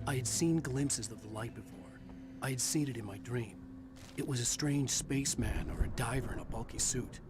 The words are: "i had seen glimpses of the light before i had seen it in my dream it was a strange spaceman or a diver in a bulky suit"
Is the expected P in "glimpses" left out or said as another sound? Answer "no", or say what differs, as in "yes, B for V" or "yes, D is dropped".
no